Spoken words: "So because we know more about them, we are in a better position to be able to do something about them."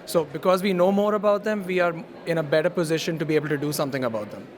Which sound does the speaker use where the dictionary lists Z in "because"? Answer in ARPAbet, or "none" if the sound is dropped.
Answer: Z